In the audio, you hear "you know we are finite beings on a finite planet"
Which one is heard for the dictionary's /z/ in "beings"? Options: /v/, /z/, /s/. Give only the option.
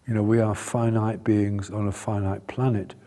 /z/